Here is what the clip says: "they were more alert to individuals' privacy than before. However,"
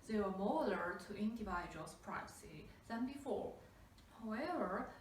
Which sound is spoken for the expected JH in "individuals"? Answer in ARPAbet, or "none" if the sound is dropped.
none